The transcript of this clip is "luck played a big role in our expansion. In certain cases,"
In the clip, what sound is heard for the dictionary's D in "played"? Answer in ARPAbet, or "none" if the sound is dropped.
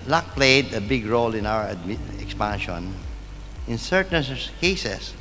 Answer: D